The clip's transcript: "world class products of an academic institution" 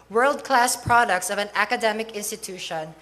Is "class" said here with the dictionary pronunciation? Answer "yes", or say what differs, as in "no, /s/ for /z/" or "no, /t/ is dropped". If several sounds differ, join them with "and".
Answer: yes